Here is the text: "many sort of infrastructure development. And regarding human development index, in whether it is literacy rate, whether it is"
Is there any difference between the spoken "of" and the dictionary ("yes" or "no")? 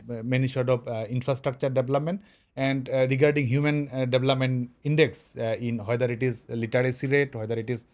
yes